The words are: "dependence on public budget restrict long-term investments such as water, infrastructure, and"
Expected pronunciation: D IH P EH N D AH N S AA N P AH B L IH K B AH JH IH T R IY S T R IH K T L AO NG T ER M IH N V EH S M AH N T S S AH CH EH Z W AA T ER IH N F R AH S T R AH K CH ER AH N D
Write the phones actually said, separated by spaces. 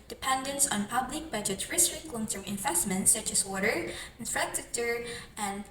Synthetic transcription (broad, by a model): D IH P EH N D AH N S N P AH B L IH K B AH JH IH T R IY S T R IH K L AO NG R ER IH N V EH S M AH N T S S AH CH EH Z W AA T ER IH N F R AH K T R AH CH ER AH N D